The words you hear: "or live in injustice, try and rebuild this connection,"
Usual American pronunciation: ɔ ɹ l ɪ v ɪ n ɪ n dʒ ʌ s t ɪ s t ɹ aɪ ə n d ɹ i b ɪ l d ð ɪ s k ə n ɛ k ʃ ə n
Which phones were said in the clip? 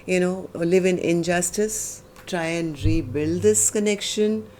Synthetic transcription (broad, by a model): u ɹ l ɪ v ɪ n ɪ n dʒ ʌ s t ɪ s t ɹ aɪ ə n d ɹ i b ɪ l d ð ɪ s k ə n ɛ k ʃ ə n